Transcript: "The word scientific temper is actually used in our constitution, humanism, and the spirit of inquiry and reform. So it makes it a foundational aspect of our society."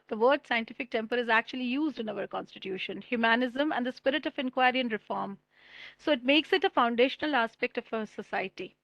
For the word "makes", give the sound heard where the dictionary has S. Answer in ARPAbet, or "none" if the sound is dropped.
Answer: S